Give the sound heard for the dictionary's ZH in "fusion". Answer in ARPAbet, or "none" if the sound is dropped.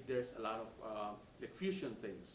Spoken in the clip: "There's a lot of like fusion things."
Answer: SH